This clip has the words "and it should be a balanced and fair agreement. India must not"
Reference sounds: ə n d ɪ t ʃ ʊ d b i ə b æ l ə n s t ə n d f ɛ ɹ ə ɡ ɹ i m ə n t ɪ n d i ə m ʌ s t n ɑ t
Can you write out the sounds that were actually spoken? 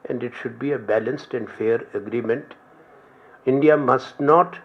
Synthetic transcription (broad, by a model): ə n d ɪ t ʃ ʊ d b i ə b æ l ə n s t ə n d f ɛ ɹ ə ɡ ɹ i m ə n t ɪ n d i ə m ʌ s t n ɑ t